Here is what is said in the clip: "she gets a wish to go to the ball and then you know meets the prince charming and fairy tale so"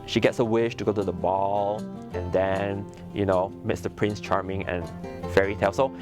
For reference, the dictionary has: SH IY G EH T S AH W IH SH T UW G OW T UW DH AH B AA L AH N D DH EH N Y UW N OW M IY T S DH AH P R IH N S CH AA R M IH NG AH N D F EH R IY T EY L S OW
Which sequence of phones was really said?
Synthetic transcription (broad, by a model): SH IY G EH T S AH W IH SH T UW G OW T UW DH AH B AA L AH N D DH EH N Y UW N OW M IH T S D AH P R IH N S CH AA R M IH NG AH N F EH R IY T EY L S OW